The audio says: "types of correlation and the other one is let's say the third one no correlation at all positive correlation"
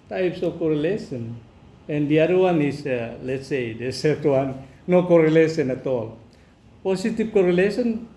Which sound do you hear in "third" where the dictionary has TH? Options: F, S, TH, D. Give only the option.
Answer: S